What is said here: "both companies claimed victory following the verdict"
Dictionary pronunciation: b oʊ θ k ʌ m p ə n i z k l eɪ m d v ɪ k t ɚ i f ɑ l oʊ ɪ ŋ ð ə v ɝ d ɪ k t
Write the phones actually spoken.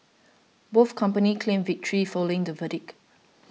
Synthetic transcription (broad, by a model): b oʊ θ k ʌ m p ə n i k l eɪ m v ɪ k t ɚ i f ɑ l oʊ ɪ ŋ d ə v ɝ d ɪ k